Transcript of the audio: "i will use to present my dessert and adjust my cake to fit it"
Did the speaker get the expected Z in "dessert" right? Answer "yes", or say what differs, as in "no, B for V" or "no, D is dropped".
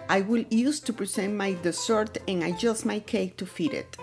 no, S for Z